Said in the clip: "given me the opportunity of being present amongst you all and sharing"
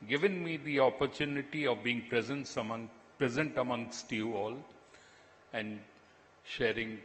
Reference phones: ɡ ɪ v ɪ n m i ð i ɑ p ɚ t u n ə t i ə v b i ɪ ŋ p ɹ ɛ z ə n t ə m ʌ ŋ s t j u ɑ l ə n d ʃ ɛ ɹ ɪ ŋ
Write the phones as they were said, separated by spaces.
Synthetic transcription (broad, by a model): ɡ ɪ v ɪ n m i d i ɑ p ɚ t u n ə t i ə v b i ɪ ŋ p ɹ ɛ z ə n t ə m ʌ ŋ s t j u ɑ l ə n d ʃ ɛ ɹ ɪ ŋ